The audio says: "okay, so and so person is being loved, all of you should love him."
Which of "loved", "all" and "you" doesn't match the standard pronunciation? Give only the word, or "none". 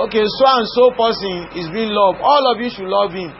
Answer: loved